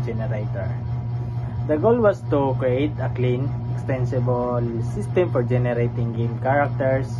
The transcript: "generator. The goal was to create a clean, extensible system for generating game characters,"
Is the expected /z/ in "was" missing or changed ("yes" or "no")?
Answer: yes